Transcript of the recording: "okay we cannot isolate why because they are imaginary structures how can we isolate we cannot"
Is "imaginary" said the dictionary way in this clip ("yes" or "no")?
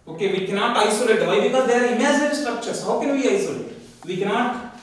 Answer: no